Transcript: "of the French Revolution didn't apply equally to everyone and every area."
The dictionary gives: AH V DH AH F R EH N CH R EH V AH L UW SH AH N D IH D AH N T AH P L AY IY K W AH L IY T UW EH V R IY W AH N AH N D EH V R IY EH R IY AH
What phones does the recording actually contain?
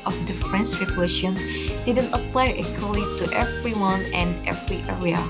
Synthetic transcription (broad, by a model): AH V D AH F R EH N S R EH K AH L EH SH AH N D IH D AH N T AH P L AY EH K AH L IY T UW EH V R IY W AH N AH N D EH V R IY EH R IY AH